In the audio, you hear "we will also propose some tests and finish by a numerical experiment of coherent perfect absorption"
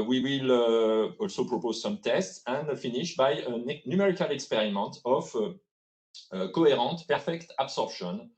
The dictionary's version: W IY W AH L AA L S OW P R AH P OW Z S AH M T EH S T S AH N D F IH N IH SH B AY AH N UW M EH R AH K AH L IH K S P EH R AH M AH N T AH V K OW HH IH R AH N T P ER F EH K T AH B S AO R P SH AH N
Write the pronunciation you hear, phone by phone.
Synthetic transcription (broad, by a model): W IY W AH L AA L S OW P R AH P OW Z S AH M T EH S T S AH N D F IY N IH SH B AY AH N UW M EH R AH K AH L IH K S P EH R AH M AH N T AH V K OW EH R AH T P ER F EH K T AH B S AO R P SH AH N